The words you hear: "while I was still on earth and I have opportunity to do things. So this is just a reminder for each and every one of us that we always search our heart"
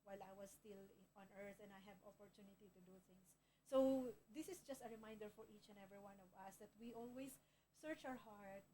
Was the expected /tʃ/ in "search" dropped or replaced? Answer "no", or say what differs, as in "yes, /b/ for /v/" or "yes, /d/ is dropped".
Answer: no